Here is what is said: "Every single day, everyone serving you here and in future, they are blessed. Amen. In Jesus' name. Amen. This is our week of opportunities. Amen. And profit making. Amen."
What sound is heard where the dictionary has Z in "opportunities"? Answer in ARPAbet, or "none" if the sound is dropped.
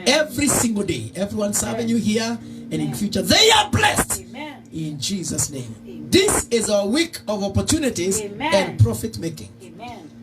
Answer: Z